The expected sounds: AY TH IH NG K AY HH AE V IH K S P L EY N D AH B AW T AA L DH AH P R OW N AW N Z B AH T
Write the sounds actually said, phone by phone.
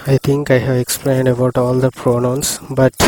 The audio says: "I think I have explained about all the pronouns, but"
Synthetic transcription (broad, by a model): AY T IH NG K AY HH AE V IH K S P L EY N D AH B AW T AA L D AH P R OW N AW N S B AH T